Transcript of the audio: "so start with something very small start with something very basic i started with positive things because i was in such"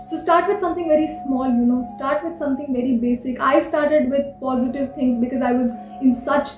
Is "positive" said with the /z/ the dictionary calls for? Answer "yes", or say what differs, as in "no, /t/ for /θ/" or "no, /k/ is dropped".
yes